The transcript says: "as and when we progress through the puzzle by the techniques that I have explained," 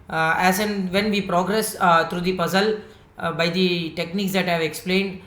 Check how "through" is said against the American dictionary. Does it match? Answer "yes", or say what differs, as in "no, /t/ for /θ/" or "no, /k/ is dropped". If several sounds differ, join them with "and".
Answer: no, /t/ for /θ/